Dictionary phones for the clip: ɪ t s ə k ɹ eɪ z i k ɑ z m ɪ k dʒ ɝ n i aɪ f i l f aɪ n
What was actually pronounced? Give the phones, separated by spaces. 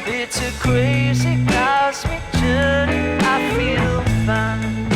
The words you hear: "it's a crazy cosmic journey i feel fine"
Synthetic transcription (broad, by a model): ɪ t s ə k ɹ eɪ z i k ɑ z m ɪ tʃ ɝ i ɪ f i l f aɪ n